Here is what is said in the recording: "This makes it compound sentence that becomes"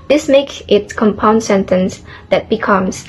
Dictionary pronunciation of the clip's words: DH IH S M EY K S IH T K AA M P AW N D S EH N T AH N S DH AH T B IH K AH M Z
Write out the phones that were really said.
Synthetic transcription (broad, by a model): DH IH S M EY K IH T K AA M P AW N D S EH N T AH N S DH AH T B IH K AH M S